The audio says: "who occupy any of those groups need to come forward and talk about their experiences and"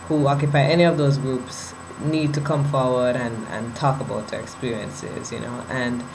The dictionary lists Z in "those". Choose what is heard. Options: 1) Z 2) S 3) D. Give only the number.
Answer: 1